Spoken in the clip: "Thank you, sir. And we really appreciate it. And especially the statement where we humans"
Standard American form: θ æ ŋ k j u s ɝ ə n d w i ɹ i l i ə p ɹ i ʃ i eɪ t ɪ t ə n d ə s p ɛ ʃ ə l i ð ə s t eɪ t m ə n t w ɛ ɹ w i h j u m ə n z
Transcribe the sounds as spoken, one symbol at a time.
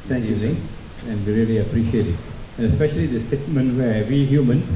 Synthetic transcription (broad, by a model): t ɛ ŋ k j u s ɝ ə n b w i ɹ i l i ə p ɹ i ʃ i eɪ t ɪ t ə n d ə s p ɛ ʃ ə l i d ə s t eɪ t m ə n t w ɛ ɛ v i h j u m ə n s